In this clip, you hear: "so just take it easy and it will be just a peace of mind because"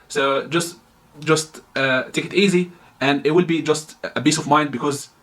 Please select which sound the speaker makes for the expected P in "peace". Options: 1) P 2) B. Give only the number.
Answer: 2